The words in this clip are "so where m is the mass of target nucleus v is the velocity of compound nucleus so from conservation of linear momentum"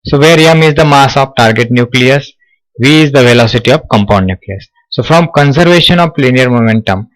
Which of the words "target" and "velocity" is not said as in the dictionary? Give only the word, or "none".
none